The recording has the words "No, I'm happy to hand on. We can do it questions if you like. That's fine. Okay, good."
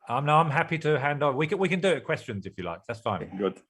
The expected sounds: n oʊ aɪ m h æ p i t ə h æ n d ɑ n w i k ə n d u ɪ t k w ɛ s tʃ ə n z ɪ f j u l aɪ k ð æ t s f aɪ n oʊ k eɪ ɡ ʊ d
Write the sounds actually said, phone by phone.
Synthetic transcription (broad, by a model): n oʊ aɪ m h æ p i t ə h æ n d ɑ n w i k ə n d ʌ ɪ t k w ɛ s tʃ ə n z ɪ f j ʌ l aɪ k ð æ t s f aɪ n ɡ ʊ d